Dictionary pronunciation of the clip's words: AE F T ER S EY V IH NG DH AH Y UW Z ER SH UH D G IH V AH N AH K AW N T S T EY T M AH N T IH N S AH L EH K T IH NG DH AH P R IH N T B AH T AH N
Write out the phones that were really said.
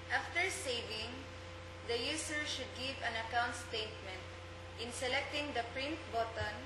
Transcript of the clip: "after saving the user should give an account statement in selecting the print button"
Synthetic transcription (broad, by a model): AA F T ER S EY V IH NG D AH Y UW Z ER SH UH D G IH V AH N AH K AW N T S T EY T M AH N T IH N S AH L EH K T IH NG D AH P R IH N T B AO T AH N